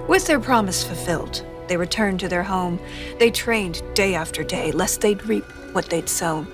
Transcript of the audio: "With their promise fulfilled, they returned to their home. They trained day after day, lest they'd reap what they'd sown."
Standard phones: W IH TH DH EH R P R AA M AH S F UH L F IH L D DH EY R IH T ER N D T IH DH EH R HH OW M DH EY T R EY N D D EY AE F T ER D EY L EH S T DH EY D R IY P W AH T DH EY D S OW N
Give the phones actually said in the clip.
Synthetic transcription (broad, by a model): W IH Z DH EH R P R AA M AH S F UH L F IH L D DH EY R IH T ER N T IH DH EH R HH OW M DH EY T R EY N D D EY AE F T ER D EY L EH S T DH EY D R IY P W AH T DH EY D S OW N